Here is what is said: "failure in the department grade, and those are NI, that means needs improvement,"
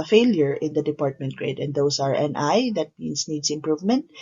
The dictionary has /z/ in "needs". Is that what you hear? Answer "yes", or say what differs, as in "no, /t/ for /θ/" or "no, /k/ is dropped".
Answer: no, /s/ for /z/